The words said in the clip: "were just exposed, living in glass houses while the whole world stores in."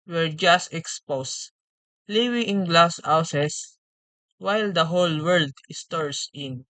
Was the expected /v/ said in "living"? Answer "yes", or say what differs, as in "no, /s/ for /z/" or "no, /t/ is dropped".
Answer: no, /w/ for /v/